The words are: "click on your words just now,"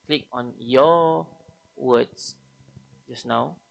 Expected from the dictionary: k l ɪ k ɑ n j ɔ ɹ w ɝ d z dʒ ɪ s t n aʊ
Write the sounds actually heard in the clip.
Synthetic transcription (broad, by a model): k l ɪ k ɑ n j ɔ w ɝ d s dʒ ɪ s n aʊ